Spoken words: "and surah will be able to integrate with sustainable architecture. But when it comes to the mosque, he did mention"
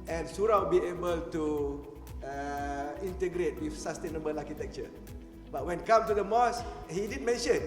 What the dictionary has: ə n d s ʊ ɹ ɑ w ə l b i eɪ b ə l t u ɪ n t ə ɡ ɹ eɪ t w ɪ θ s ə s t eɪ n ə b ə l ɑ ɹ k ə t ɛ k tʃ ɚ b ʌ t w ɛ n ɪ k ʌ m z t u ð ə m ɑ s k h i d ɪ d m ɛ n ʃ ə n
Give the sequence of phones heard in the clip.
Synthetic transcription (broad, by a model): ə n s ʊ ɹ ɑ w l b i eɪ b ə l t u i n t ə ɡ ɹ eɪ t w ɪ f s ə s t eɪ n ə b ə l ɑ k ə t ɛ k tʃ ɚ b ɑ t w ɛ n k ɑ m t u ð ə m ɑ s h i d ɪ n m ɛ n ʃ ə n